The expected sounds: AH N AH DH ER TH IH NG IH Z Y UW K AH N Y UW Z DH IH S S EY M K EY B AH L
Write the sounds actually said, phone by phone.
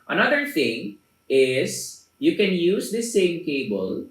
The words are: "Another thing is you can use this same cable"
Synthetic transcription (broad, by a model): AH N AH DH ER T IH NG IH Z Y UW K AH N Y UW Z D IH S S EY M K EY B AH L